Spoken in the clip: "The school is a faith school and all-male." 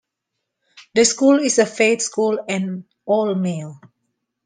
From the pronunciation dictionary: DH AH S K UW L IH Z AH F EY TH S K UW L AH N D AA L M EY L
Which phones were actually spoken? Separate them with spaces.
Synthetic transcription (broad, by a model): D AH S K UW L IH S AH F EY T S K UW L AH N AA L M EY L